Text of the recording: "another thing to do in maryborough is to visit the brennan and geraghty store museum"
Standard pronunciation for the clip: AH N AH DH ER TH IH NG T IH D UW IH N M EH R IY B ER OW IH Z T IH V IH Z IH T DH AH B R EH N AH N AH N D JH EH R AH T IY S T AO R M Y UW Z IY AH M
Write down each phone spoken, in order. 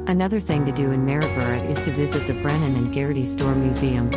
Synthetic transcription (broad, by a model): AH N AH DH ER TH IH NG T IH D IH IH N M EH R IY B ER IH IH Z T IH V IH Z IH T DH AH B R EH N AH N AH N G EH R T IY S T AO R M Y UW Z IY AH M